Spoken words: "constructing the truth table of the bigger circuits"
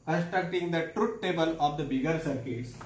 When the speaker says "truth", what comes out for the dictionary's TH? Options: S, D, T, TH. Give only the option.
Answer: T